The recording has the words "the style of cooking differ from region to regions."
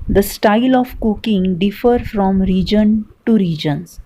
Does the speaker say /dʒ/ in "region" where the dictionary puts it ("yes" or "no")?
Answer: yes